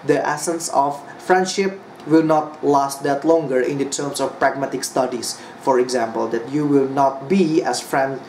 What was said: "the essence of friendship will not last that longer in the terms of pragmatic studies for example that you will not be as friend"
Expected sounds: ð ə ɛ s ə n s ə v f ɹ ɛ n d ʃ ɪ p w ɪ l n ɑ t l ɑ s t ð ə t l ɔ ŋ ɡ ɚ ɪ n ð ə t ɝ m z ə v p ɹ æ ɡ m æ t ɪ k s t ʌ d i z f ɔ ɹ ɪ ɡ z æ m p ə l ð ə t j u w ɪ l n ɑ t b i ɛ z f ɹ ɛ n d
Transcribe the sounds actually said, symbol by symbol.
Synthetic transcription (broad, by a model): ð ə ɛ s ə n s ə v f ɹ ɛ n d ʃ ɪ p w ɪ l n ɑ t l ɑ s t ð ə t l ɔ ŋ ɡ ɚ ɪ n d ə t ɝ m s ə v p ɹ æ ɡ m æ t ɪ k s t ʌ d i s f ɔ ɹ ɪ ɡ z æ m p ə l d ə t j u w ɪ l n ɑ t b i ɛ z f ɹ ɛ n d